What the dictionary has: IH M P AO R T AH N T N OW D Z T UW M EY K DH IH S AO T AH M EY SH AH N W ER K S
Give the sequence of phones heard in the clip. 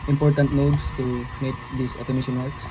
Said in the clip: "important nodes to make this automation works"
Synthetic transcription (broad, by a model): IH M P AO R T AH N T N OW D S T UW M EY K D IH S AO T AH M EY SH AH N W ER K S